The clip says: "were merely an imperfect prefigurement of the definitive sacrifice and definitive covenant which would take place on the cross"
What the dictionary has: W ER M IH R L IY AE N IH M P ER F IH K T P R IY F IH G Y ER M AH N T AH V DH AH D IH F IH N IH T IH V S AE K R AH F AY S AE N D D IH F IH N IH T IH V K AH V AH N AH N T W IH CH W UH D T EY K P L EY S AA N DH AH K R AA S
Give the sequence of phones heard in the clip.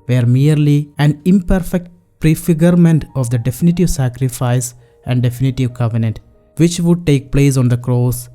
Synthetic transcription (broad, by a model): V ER M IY R L IY AE N IH M P ER F IH K T P R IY F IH G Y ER M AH N T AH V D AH D IH F IH N IH T IH V S AE K R AH F AY S AE N D D IH F IH N IH T IH V K AH V AH N AH N T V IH CH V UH D T EY K P L EY S AA N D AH K R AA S